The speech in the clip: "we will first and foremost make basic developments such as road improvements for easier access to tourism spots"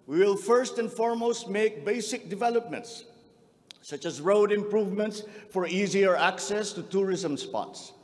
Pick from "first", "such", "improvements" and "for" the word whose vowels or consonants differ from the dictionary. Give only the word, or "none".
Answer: none